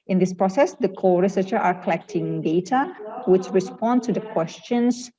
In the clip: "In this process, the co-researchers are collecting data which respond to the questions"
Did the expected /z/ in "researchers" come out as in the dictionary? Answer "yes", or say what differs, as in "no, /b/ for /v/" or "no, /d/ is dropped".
no, /z/ is dropped